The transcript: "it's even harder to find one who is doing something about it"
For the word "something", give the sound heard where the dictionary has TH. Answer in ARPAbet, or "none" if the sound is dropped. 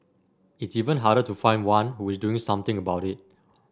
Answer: T